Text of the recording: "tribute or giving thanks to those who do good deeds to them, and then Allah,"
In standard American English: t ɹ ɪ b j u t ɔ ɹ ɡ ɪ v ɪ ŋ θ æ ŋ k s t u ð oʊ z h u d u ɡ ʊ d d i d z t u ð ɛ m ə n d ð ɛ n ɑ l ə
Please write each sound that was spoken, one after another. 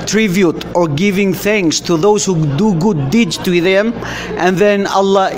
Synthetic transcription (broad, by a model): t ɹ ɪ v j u t ɔ ɹ ɡ ɪ v ɪ ŋ θ æ ŋ k s t u ð oʊ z h u d u ɡ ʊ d d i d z t u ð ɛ m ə n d ð ɛ n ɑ l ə